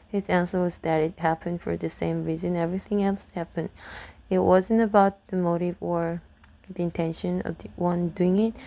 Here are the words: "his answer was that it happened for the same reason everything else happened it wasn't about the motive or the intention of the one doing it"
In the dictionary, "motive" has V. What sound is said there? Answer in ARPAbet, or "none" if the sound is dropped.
V